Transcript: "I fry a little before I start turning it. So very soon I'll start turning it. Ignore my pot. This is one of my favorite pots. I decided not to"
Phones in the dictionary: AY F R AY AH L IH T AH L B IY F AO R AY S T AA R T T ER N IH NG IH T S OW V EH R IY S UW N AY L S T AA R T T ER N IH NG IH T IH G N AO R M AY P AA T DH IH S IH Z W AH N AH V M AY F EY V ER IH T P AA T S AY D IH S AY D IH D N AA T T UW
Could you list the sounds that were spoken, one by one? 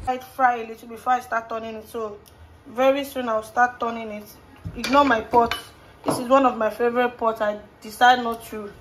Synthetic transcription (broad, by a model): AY F R AY AH L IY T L B IY F AO AY S T AA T T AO N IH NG IH T S OW V EH R IY S UW N AY W S T AA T T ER N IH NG IH T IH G N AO M AY P AA T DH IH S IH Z W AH N AH V M AY F EY V ER IH T P AA T S AY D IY S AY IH D N AA T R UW